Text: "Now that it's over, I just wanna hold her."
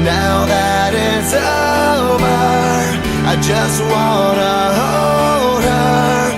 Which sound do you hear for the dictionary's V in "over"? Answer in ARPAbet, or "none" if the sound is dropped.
B